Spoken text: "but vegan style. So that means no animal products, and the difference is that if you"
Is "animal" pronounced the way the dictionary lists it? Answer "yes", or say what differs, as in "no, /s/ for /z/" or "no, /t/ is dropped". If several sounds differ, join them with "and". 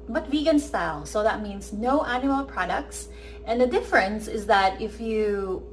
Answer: no, /m/ is dropped